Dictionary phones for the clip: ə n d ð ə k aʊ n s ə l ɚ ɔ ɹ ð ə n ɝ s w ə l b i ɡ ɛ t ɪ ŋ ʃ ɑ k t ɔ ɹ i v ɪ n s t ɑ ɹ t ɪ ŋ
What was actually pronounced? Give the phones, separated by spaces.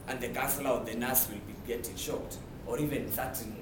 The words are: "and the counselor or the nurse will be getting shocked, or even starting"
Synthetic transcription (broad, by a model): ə n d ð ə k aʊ s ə l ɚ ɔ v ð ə n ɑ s w ə l b i ɡ ɛ t ɪ ŋ ʃ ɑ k t ɔ ɹ i v ɪ n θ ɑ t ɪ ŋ